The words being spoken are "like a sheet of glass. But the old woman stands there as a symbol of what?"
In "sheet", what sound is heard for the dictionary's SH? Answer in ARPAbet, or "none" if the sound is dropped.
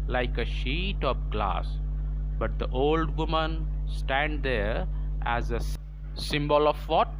SH